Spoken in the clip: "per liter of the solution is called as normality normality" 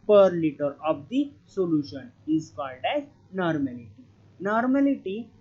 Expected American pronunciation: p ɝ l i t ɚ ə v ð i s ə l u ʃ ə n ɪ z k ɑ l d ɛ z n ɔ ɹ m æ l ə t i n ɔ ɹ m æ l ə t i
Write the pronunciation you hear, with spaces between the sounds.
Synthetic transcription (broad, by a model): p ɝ l i t ɚ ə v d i s ə l u ʃ ə n ɪ z k ɑ l d ɛ z n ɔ ɹ m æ l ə t i n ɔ ɹ m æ l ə t i